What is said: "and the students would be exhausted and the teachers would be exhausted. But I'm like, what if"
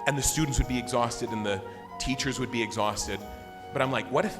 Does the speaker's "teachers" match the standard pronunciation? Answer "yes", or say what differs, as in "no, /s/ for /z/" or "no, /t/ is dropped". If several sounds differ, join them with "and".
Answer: yes